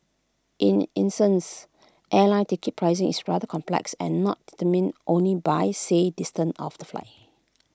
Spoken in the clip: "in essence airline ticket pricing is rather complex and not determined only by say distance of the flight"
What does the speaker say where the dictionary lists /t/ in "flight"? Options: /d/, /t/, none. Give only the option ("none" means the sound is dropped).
none